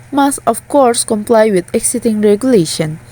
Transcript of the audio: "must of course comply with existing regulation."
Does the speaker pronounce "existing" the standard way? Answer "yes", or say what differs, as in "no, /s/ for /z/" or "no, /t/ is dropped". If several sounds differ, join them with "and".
no, /s/ is dropped